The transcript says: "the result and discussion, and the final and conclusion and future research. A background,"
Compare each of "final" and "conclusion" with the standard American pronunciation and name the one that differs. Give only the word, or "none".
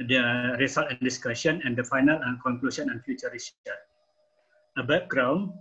conclusion